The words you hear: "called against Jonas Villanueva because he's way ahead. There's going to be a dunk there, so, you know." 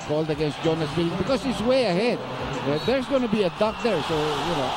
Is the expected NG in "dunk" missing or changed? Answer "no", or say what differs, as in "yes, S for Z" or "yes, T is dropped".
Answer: yes, NG is dropped